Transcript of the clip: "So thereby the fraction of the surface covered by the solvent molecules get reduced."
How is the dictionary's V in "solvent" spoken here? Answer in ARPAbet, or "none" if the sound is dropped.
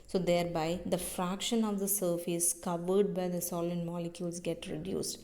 none